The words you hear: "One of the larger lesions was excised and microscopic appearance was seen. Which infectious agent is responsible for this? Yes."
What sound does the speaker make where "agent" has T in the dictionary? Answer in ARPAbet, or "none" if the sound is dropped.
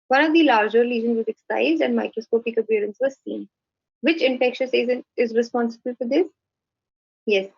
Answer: none